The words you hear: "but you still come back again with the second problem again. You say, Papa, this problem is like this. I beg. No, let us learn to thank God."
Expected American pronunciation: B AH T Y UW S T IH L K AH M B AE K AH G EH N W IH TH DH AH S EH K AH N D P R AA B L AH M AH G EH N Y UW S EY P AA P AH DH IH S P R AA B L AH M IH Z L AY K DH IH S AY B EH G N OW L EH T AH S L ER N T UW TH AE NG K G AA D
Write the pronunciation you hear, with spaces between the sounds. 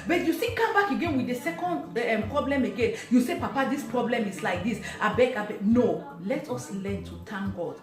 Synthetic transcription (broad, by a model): B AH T Y UW S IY K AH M B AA K AH G EH N W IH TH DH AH S EH K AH N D P R AA B L AH M AH G EH N Y UW S EY P AA P AH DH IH S P R AA B L AH M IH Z L AY K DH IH S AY B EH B N OW L EH T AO S L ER N T UW T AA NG G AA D